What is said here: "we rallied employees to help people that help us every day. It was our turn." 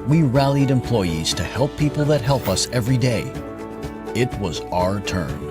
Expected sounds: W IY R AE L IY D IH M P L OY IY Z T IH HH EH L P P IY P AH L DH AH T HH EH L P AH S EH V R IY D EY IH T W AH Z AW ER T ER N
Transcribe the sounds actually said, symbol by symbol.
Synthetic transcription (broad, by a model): W IY R AE L IY D IH M P L OY IY Z T IH HH EH L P P IY P L DH AH T HH EH L P AH S EH V R IY D EY IH T W AH Z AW ER T ER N